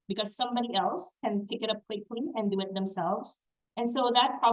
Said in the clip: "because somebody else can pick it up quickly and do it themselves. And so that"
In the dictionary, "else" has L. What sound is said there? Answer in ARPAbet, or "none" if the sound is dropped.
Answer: L